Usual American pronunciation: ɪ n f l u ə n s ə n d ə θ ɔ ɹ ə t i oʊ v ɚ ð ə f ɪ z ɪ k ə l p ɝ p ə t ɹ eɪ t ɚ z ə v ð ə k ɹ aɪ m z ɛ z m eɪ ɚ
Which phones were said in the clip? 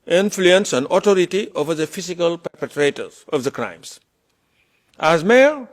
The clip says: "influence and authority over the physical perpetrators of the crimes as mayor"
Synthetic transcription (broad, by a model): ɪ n f l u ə n s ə n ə t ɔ ɹ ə t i oʊ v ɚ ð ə f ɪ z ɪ k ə l p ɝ p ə t ɹ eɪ t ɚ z ə v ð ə k ɹ aɪ m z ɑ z m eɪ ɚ